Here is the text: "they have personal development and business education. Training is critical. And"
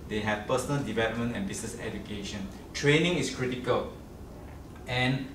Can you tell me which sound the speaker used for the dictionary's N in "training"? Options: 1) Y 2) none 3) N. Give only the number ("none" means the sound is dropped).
3